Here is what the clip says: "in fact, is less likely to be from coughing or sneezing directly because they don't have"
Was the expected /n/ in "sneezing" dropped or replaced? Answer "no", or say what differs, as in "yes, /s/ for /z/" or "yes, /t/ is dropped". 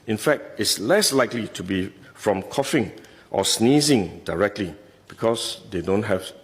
no